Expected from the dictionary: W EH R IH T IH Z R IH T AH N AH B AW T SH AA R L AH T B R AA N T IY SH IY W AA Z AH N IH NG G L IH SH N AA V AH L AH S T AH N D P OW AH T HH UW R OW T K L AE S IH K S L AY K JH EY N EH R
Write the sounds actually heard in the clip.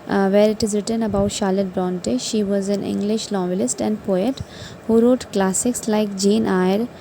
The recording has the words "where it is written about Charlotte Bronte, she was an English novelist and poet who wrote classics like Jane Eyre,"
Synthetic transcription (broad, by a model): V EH R IH T IH Z R IH T AH N AH B AW T SH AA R L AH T B R AA N T IY SH IY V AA Z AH N IH NG G L IH SH L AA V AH L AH S T AH N D P OW AH T HH UW R OW T K L AE S IH K S L AY K JH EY N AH R